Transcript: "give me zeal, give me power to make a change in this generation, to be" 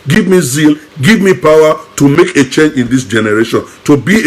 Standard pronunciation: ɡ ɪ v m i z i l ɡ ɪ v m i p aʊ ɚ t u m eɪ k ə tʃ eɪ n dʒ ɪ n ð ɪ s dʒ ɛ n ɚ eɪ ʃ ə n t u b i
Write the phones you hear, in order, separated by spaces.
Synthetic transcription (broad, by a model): ɡ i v m i z i l ɡ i v m i p aʊ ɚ t u m eɪ k ə tʃ eɪ n dʒ ɪ n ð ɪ s dʒ ɛ n ɚ eɪ ʃ ə n t u b i